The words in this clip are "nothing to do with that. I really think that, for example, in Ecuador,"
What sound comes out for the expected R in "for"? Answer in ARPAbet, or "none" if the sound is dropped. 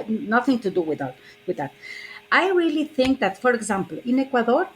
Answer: R